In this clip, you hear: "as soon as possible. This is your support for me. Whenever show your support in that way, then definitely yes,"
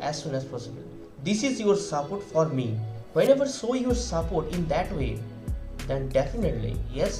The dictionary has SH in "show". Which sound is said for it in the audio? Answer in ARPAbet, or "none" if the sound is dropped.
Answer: S